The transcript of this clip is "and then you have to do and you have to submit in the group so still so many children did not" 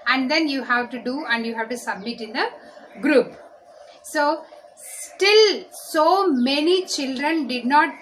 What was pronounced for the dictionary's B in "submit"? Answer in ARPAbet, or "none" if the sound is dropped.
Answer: B